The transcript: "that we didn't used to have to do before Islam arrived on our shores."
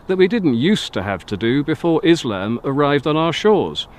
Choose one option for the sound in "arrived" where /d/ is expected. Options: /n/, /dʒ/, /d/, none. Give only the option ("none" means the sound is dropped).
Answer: /d/